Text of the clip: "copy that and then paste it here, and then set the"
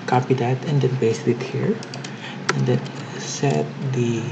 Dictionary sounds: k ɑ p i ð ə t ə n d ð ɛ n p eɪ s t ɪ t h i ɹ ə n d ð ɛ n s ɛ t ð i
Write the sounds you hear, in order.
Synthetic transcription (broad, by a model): k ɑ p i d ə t ə n d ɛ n b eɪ s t ɪ t h i ɹ ə n d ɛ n s ɛ t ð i